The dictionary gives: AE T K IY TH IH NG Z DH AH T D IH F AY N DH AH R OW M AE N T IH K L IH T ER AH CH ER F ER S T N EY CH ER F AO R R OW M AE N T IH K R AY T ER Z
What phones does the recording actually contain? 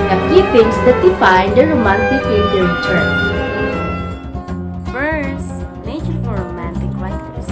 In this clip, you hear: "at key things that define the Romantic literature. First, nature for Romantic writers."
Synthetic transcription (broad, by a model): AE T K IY F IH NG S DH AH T D IH F AY N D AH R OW M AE N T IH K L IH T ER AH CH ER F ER S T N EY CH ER F AO R R OW M AE N T IH K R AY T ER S